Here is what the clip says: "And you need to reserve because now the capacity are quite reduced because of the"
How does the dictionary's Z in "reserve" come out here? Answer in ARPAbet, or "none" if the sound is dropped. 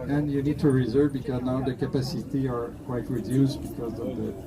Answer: Z